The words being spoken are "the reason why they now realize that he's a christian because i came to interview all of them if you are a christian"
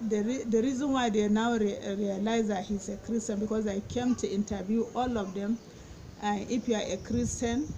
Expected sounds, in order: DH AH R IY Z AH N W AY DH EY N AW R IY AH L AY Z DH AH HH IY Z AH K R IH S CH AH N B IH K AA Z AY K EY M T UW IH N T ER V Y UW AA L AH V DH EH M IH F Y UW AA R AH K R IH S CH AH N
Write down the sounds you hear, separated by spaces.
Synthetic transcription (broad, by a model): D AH R IY Z AH N W AY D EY N AW R IY AH L AY Z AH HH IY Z AH K R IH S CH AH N B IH K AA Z AY K EY M T UW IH N T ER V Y UW AA L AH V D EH M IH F Y UW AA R AH K R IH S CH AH N